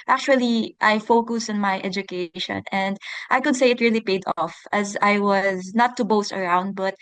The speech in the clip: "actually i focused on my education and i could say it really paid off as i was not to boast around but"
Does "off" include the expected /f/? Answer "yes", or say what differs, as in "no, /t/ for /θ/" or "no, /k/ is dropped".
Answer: yes